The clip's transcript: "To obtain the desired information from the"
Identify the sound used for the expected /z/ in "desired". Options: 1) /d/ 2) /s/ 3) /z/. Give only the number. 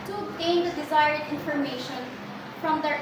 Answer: 3